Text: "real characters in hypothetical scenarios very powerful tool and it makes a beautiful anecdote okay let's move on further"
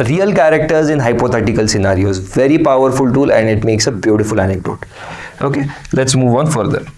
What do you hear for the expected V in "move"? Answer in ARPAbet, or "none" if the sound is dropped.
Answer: V